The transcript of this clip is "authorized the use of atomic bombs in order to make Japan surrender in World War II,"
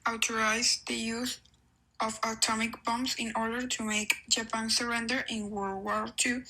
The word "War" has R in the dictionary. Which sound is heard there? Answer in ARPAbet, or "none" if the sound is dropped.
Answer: L